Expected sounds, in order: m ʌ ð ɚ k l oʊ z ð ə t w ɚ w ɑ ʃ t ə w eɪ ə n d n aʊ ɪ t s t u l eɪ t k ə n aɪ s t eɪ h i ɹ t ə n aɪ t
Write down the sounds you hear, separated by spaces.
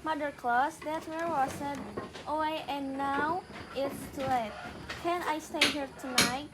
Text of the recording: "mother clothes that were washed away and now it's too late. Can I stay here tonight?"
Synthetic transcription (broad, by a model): m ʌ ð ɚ k l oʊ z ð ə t w ɚ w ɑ s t ə w eɪ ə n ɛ n aʊ ɪ t s t u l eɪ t k ə n aɪ s t eɪ h i ɹ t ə n aɪ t